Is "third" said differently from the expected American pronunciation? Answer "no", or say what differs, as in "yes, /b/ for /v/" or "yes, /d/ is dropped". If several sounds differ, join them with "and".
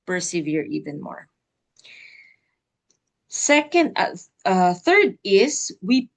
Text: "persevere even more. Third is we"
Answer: no